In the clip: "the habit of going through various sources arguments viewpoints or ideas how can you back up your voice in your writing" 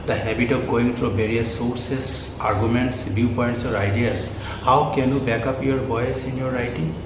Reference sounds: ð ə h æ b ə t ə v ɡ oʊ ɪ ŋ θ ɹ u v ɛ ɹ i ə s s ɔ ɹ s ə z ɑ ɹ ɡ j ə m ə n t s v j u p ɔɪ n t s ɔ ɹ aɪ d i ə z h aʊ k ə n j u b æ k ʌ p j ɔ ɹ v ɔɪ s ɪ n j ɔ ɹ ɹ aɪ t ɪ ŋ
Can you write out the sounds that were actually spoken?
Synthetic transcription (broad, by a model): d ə h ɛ b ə t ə p ɡ oʊ ɪ ŋ t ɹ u b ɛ ɹ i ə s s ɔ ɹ s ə s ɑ ɹ ɡ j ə m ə n t s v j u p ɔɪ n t s ɔ ɹ aɪ d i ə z h aʊ k ə n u b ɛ k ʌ p j ɔ ɹ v ɔɪ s ɪ n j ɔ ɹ ɹ aɪ t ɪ ŋ